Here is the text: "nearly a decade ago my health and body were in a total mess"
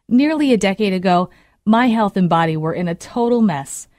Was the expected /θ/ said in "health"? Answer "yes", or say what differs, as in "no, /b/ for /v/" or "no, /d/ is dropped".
yes